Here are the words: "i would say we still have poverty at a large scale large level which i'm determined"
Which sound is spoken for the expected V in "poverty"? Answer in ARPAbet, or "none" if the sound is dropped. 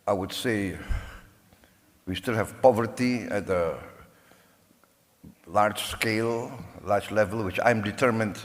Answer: V